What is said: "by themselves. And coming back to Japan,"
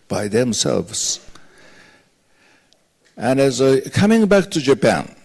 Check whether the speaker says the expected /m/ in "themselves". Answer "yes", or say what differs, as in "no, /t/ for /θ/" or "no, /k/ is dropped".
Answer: yes